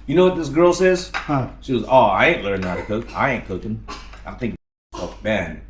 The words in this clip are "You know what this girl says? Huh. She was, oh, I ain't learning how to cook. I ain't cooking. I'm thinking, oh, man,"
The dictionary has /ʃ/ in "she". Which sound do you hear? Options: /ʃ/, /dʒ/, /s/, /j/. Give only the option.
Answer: /ʃ/